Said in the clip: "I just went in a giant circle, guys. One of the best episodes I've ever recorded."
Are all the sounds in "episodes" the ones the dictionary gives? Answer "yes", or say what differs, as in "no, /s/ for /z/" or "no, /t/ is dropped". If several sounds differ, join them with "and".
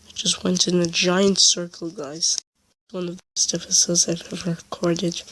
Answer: no, /f/ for /p/